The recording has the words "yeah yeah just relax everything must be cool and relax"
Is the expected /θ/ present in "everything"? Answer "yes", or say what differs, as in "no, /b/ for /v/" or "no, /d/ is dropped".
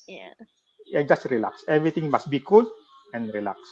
no, /t/ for /θ/